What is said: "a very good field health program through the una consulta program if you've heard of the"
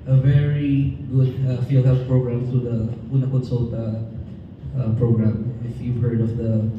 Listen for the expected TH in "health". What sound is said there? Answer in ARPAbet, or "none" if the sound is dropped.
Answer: F